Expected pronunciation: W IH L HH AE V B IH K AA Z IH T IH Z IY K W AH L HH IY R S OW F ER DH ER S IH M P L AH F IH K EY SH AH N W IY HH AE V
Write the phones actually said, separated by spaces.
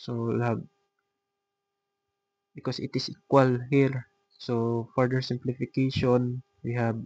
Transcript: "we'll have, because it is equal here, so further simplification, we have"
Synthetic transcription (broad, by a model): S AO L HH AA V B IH K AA S IH T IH S IY K W AH L HH IY R S OW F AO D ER S IH M P L AH F IH K EY SH AH N W IY HH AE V